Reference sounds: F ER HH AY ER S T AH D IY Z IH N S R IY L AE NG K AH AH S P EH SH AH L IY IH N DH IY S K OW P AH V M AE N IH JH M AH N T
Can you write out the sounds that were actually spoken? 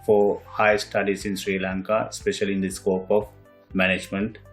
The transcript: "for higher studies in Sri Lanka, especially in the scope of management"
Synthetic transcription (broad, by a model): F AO HH AY S T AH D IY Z IH N S R IY L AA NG K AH AH S P EH SH AH L IY IH N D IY S K OW P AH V M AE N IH JH M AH N T